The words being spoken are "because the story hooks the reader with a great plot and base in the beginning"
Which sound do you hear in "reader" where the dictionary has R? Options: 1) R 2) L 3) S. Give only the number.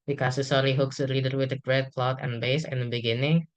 2